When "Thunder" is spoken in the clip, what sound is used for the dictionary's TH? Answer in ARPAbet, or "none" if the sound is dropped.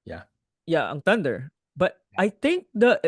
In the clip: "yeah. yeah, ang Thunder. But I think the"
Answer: T